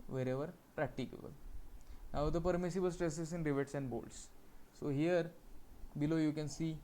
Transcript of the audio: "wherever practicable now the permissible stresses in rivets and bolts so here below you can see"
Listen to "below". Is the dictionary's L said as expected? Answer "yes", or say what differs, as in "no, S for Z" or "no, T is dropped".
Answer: yes